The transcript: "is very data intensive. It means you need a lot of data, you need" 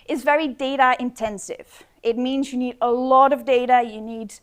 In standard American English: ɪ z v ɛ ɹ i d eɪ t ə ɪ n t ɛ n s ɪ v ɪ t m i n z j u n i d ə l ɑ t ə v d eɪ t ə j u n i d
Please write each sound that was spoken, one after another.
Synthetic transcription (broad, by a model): ɪ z v ɛ ɹ i d eɪ t ə ɪ n t ɛ n s ɪ v ɪ t m i n z j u n i d ə l ɑ t ə v d eɪ t ə j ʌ n i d